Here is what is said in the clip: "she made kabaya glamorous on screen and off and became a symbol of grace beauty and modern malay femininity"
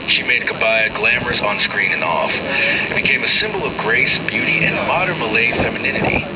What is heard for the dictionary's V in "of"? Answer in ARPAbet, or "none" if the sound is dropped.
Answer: V